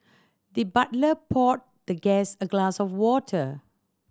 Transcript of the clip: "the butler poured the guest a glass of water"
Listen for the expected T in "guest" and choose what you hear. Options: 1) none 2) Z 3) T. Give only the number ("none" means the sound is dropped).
1